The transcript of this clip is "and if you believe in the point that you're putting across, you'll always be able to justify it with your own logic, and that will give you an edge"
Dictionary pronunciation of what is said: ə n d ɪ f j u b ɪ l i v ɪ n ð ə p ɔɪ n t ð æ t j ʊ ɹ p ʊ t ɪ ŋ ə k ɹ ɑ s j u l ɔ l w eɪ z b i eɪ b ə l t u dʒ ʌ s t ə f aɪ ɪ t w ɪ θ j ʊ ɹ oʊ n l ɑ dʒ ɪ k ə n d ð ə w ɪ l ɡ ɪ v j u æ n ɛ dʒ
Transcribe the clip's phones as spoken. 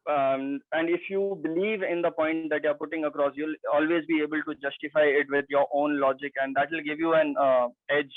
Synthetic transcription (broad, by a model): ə n d ɪ f j u b ɪ l i v ɪ n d ə p ɔɪ n t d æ t j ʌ ɹ p ʊ t ɪ ŋ ə k ɹ ɑ s j u l ɔ l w eɪ z b i eɪ b ə l t u dʒ ʌ s t ə f aɪ ɪ t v ɪ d j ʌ ɹ oʊ n l ɑ dʒ ɪ k ə n d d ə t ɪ l ɡ ɪ v j u æ n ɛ dʒ